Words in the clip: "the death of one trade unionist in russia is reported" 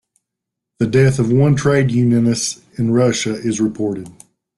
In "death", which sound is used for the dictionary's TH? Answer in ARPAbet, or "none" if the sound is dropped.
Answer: TH